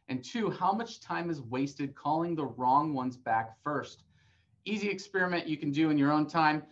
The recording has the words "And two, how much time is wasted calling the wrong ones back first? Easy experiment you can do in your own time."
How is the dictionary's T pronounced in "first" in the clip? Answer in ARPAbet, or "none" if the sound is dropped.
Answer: T